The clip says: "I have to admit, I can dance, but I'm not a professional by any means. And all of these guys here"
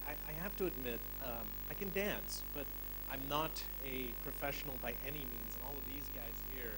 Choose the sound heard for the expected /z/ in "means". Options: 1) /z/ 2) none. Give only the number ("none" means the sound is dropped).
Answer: 1